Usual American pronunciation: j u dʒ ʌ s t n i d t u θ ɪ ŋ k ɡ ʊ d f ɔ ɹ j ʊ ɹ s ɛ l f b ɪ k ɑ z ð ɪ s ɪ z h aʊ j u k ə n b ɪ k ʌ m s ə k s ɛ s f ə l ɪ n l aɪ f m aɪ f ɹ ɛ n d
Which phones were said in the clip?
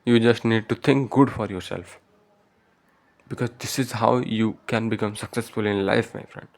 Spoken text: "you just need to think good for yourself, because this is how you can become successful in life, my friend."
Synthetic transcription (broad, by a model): j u dʒ ʌ s t n i d t u t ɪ ŋ k ɡ ʊ d f ɔ ɹ j ʊ ɹ s ɛ l f b ɪ k ɑ z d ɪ s ɪ z h aʊ j u k ə n b ɪ k ʌ m s ə k s ɛ s f ə l ɪ n l aɪ f m aɪ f ɹ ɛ n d